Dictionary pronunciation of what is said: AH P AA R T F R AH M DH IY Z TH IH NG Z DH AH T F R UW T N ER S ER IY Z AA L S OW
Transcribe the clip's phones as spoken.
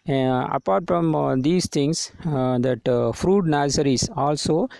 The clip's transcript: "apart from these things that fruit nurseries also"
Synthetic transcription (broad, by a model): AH P AA R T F R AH M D IY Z T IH NG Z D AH T F R UW T N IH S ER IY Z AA L S OW